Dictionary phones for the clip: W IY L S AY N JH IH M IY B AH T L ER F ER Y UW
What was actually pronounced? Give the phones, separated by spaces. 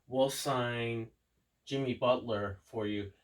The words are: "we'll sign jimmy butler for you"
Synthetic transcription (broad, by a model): W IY L S AY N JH IH M IY B AH T L ER F ER Y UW